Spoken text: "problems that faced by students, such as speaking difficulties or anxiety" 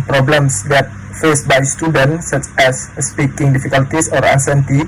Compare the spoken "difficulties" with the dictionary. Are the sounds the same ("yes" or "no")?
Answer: no